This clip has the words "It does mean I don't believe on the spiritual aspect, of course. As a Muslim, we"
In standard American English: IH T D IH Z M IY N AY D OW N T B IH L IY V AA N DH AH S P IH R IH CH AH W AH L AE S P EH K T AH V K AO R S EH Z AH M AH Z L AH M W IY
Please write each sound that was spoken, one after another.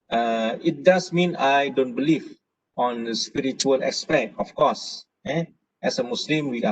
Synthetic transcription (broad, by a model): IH T D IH S M IY N AY D OW N T B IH L IY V AA N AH S P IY R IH CH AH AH L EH S P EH T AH F K AO S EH S AH M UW S L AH M W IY